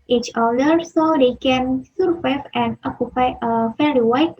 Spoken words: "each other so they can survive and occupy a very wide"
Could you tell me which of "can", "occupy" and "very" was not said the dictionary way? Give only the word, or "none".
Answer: very